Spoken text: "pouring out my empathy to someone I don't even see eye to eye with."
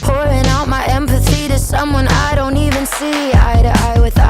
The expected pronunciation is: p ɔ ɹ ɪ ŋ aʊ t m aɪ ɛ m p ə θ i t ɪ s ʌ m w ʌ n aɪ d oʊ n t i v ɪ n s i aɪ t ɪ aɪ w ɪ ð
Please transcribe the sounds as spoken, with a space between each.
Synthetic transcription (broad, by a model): p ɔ ɹ ɪ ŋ aʊ t m aɪ ɛ m p ə θ i t ɪ s ʌ m w ʌ n aɪ d oʊ n t i v ɪ n s i aɪ t ɪ aɪ w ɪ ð